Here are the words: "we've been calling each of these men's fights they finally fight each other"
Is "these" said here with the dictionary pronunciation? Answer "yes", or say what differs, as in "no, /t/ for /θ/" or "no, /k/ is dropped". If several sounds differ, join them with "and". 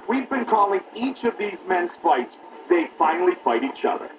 yes